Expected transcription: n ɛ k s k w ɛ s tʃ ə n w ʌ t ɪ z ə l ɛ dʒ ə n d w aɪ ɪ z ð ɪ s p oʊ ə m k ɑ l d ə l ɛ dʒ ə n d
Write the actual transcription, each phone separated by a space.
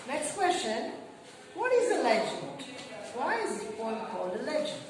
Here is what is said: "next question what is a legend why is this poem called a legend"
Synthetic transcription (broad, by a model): n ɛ k s k w ɛ s tʃ ə n w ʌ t ɪ z ə l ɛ dʒ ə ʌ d w aɪ ɪ z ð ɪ p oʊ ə k ɑ l d ə l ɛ dʒ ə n